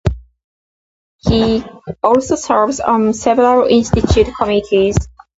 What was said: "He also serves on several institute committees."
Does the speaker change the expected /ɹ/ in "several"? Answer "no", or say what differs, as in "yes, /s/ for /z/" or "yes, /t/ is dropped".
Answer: yes, /l/ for /ɹ/